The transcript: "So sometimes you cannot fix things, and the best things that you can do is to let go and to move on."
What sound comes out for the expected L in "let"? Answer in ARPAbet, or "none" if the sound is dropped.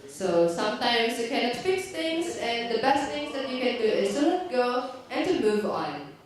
N